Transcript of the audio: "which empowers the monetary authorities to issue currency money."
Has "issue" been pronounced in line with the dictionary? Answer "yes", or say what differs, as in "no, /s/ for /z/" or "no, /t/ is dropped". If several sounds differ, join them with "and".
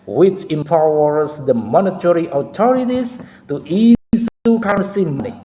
no, /s/ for /ʃ/